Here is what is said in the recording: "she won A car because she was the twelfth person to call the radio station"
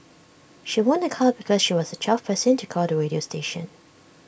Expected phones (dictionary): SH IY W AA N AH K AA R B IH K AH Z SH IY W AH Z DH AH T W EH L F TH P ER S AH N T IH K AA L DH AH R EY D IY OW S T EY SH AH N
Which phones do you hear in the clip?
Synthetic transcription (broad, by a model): SH IY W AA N AH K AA L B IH K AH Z SH IY W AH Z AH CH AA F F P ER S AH N T IH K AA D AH R EY D IY OW S T EY SH AH N